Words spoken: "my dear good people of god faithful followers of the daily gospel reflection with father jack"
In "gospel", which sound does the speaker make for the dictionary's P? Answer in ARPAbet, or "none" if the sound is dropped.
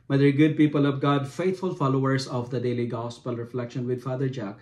P